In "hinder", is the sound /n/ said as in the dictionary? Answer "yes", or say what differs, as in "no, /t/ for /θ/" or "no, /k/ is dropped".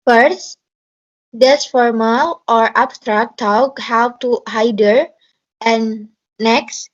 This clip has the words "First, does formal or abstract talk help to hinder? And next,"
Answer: no, /n/ is dropped